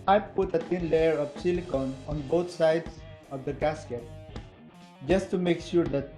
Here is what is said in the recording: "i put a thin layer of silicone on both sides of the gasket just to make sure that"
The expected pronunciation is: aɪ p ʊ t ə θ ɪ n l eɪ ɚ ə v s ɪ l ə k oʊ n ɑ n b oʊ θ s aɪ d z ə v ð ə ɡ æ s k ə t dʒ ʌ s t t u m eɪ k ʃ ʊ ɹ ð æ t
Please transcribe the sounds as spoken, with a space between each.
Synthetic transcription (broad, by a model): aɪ p ʊ t ə t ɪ n l eɪ ɚ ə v s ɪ l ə k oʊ n ɑ n b oʊ t s aɪ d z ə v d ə ɡ æ s k ə t dʒ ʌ s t t u m eɪ k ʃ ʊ ɹ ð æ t